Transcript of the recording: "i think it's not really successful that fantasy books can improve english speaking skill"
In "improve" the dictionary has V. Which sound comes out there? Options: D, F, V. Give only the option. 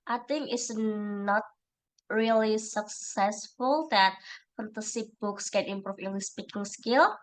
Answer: F